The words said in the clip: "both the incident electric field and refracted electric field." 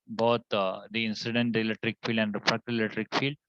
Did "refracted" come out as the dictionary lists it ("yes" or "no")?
no